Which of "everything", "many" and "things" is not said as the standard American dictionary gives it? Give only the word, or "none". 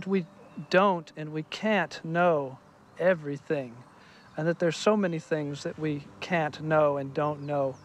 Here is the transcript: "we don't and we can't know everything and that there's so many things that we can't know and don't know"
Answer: none